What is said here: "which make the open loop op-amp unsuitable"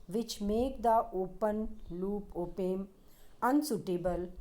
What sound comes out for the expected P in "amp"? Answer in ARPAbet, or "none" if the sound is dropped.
none